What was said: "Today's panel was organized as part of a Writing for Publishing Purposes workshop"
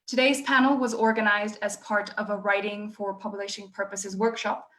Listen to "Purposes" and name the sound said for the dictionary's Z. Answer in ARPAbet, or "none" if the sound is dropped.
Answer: Z